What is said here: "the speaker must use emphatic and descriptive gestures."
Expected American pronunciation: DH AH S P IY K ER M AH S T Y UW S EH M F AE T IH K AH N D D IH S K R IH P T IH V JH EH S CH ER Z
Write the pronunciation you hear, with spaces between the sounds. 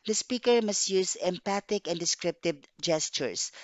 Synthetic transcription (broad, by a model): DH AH S P IY K ER M AH S T Y UW S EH M P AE T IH K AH N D D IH S K R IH P T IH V JH EH S CH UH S